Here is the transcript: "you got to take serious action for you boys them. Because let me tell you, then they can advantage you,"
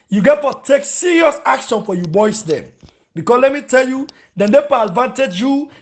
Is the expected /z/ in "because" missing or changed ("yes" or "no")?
yes